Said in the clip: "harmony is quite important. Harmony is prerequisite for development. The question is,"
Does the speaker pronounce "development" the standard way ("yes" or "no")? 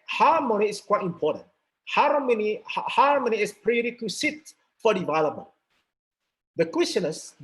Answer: no